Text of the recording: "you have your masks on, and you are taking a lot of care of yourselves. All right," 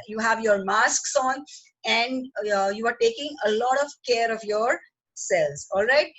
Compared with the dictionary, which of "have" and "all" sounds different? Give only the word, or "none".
none